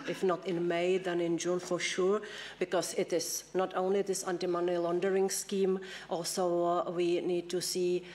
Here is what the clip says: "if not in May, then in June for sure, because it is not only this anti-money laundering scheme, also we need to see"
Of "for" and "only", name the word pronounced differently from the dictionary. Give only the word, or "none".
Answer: none